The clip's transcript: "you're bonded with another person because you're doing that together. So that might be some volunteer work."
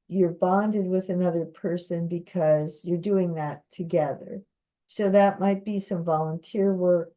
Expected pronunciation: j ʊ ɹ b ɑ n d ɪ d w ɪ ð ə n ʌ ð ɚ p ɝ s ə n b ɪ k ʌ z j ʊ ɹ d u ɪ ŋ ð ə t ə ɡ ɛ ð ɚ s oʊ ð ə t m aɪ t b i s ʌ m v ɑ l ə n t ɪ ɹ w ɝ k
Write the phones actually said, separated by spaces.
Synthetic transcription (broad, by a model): j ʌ ɹ b ɑ n d ɪ d w ɪ ð ə n ʌ ð ɚ p ɝ s ə n b ɪ k ʌ z j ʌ ɹ d u ɪ ŋ ð ə t ə ɡ ɛ ð ɚ s oʊ ð ə t m aɪ t b i s ʌ m v ɑ l ə n t ɪ ɹ w ɝ k